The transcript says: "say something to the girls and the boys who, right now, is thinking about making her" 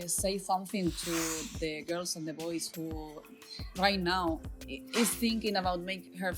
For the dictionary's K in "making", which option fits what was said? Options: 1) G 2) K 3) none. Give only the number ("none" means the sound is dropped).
3